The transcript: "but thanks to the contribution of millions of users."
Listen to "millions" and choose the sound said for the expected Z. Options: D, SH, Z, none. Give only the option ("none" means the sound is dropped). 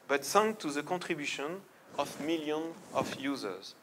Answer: none